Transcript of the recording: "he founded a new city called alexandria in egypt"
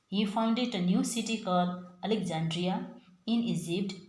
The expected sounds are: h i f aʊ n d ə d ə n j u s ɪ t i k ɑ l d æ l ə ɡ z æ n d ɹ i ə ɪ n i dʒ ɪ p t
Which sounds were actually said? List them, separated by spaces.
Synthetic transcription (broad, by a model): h i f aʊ n d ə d ə n j u s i t i k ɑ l ʌ l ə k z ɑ n d ɹ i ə ɪ n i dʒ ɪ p t